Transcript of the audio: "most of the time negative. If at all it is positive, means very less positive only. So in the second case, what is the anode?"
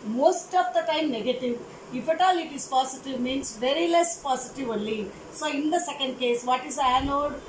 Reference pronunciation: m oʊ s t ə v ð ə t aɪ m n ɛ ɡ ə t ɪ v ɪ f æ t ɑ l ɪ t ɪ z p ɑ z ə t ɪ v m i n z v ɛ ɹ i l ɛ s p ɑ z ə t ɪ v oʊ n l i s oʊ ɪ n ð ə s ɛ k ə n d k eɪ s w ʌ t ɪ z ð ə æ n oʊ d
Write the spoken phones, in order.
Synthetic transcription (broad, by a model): m oʊ s t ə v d ə t aɪ m n ɛ ɡ ə t ɪ v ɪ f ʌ t ɑ l ɪ t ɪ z p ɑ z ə t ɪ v m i n s v ɛ ɹ i l ɛ s p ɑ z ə t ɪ v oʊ l i s oʊ ɪ n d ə s ɛ k ə n d k eɪ s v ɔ t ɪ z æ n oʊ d